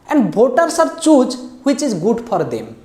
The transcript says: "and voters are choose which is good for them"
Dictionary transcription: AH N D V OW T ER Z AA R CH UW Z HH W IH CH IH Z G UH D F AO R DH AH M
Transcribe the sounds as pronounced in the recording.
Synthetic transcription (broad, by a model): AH N D B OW T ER S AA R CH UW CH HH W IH CH IH Z G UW D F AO R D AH M